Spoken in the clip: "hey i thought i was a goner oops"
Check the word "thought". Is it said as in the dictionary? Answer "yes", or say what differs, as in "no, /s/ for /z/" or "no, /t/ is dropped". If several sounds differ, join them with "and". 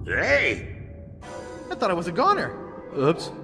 yes